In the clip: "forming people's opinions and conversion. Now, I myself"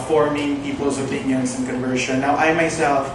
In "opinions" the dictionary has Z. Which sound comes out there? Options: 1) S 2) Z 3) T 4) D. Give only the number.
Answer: 1